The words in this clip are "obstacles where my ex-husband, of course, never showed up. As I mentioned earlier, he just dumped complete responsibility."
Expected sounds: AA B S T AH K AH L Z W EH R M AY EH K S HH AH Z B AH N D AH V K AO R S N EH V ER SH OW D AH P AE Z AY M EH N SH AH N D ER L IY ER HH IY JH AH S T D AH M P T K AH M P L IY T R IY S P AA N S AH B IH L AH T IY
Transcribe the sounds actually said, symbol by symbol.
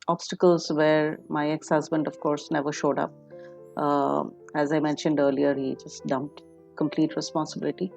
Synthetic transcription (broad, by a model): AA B S T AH K AH L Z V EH R M AY EH K S HH AH Z B AH N D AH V K AO R S N EH V ER SH OW D AH P AE Z AY M EH N SH AH N D ER L IY ER HH IY JH AH S T D AH M P T K AH M P L IY T R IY S P AA N S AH B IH L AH T IY